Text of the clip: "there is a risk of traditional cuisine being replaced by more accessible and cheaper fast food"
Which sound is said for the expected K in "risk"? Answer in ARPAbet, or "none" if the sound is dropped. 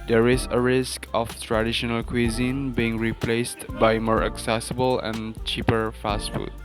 K